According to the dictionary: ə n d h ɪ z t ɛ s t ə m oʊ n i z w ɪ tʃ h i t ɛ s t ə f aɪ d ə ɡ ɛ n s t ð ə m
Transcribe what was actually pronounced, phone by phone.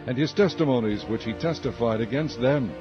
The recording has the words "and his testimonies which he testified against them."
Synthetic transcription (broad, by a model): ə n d ɪ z t ɛ s t ə m oʊ n i z w ɪ tʃ h i t ɛ s t ə f aɪ d ə ɡ ɛ n s t ð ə m